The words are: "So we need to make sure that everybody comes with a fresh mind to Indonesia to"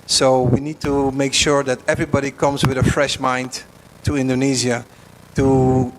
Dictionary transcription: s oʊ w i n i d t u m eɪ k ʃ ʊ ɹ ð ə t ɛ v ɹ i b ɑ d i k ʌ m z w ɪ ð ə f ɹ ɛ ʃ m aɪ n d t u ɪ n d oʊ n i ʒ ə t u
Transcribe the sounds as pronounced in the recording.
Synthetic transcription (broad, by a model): s oʊ w i n i d t u m eɪ k ʃ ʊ ɹ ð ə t ɛ v ɹ i b ɑ d i k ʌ m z w ɪ ð ə f ɹ ɛ ʃ m aɪ n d t u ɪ n d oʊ n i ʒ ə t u